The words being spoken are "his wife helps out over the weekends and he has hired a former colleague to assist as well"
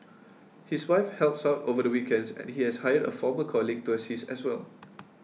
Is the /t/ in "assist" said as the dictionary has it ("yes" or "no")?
no